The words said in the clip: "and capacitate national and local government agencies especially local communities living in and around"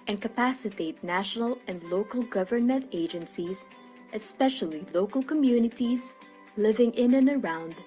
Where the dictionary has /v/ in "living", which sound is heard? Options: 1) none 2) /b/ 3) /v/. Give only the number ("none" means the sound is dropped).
3